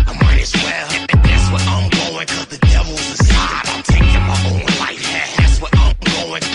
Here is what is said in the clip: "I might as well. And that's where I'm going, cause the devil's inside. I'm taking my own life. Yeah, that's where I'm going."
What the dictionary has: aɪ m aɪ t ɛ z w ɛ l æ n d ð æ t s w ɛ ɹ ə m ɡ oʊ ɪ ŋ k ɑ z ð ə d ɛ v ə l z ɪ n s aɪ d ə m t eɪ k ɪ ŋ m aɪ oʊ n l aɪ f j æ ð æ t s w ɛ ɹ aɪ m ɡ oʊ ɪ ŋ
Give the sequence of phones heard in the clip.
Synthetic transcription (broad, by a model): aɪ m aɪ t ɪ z w ɛ l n ð æ t s w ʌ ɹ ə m ɡ oʊ ɪ ŋ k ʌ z ð ə d ɛ v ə l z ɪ s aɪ ə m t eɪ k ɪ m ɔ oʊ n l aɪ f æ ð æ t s w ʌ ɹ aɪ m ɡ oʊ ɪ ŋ